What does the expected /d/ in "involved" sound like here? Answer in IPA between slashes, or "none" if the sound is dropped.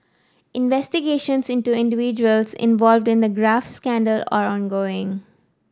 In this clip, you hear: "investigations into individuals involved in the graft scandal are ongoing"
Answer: /d/